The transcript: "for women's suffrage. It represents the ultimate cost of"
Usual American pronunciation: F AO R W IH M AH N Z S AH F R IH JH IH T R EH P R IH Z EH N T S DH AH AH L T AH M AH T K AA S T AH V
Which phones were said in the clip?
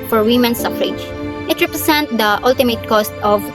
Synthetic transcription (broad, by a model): F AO R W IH M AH N S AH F R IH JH IH T R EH P R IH S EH N T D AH AH L T AH M AH T K AA S T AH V